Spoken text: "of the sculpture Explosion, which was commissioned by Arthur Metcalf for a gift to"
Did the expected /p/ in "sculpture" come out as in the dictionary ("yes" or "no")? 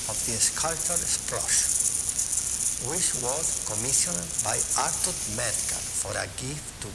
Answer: no